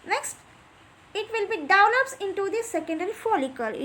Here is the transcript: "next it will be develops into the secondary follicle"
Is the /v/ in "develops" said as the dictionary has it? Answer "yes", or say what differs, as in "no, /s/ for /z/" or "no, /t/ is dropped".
no, /v/ is dropped